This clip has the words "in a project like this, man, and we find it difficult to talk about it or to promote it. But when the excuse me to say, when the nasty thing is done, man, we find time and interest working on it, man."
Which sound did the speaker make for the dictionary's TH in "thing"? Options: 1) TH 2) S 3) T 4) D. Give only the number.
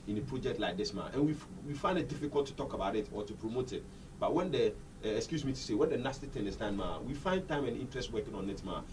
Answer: 3